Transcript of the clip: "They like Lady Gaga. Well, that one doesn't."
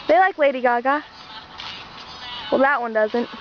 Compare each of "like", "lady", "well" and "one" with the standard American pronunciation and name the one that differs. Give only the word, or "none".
none